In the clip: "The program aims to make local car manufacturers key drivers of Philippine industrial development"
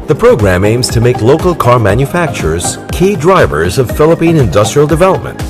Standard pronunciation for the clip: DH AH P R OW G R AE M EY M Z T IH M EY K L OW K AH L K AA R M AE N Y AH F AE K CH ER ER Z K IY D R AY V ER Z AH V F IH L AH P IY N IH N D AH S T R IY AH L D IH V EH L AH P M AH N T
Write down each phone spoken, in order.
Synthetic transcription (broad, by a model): DH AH P R OW G R AE M EY M Z T IH M EY K L OW K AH L K AA R M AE N Y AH F AE K CH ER ER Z K IY D R AY V ER Z AH V F IH L AH P IY N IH N D AH S T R IY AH L D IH V EH L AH P M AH N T